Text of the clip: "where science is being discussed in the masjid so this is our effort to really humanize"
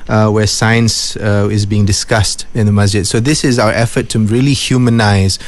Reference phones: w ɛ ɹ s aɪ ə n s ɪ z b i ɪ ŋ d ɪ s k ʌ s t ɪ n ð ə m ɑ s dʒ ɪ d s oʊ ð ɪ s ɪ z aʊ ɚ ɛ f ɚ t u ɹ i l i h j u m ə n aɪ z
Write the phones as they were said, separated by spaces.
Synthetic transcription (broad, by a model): w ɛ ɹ s aɪ ə n s ɪ z b i ɪ ŋ d ɪ s k ʌ s t ɪ n ð ə m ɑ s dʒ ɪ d s oʊ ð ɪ s ɪ z aʊ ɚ ɛ f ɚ t u ɹ i l i h j u m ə n aɪ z